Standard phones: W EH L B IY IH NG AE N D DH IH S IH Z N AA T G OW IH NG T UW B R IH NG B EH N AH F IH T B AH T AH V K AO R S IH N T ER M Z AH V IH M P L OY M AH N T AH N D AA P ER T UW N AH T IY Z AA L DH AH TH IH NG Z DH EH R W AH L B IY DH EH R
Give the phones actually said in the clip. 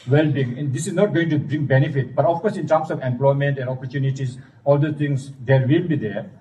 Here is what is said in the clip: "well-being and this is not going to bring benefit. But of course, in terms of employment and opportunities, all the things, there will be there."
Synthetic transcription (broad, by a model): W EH L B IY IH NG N D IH S IH Z N AA T G OW IH NG T UW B R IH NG B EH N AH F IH T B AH T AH F K AO R S IH N T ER M S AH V IH M P L OY M AH N T AH N D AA P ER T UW N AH T IY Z AA L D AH T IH NG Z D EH R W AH L B IY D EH R